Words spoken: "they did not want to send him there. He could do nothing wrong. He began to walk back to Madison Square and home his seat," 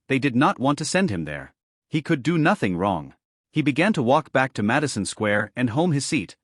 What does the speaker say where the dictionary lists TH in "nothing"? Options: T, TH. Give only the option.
TH